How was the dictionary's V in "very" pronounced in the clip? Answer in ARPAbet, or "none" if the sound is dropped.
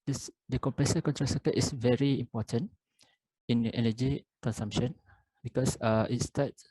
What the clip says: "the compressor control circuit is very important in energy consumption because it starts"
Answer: V